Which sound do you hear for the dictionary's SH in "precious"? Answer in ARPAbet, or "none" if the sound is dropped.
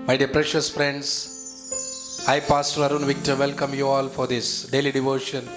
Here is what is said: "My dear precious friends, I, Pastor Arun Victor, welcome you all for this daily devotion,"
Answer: SH